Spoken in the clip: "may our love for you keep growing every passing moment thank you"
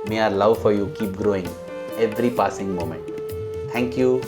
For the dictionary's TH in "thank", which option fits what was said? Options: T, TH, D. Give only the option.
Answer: T